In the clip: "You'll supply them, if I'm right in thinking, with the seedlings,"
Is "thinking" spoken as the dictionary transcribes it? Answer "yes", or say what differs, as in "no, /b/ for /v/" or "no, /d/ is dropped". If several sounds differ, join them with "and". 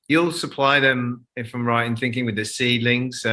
yes